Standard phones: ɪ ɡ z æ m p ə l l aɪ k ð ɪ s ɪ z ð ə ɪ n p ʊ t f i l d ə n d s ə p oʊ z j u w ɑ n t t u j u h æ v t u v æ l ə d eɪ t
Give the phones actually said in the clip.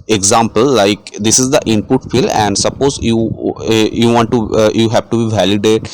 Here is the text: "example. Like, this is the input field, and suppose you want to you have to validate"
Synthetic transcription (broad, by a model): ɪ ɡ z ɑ m p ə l l aɪ k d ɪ s ɪ z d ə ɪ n p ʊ t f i l ə n d s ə p oʊ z j u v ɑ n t t u j u h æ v t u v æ l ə d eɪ t